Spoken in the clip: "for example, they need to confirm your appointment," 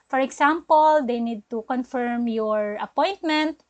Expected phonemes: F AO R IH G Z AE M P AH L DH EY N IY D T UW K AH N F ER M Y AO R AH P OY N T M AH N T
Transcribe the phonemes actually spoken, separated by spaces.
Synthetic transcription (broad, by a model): F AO R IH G S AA M P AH L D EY N IY D T UW K AH N F ER M Y AO R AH P OY N T M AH N T